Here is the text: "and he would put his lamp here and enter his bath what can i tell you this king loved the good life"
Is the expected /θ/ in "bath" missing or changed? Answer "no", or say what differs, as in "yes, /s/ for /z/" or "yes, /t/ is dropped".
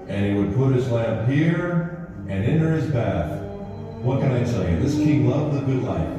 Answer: no